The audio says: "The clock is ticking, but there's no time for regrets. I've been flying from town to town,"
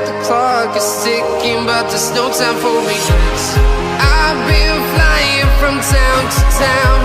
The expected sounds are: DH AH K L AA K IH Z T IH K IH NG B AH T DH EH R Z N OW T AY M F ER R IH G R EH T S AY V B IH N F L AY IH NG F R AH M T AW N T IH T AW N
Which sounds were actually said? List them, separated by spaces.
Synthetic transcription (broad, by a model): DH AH K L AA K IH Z T IH K IH NG B AH T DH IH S N OW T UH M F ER W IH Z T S AY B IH L F L AY IH NG F R AH M T AW N T IH T AW N